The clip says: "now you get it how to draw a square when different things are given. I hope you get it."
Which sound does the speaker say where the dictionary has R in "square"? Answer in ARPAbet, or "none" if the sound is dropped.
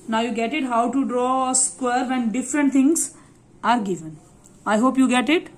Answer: R